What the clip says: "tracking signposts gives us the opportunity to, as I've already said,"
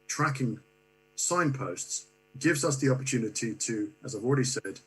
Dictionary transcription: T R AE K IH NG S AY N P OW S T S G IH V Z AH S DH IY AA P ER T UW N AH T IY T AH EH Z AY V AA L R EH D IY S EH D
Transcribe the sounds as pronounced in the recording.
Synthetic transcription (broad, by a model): T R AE K IH NG S AY N P OW S T S G IH V Z AH S DH IY AA P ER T UW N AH T IY T AH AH Z AY V AA L R EH D IY S EH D